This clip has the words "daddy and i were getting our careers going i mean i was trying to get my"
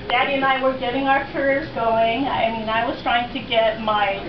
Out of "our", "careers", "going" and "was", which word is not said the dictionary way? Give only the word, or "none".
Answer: none